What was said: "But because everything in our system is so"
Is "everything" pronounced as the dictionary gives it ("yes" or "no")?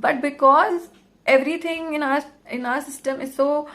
no